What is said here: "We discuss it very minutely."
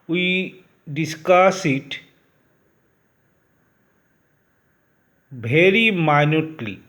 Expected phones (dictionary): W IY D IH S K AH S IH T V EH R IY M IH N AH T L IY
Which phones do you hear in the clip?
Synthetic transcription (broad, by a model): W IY D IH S K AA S IH T B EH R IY M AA N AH T L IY